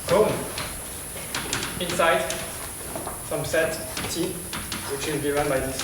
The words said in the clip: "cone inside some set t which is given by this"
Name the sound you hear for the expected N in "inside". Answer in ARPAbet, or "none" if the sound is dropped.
N